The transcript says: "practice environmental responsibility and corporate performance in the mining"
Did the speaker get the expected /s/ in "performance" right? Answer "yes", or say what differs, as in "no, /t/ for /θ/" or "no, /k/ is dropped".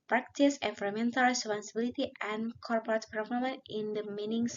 no, /s/ is dropped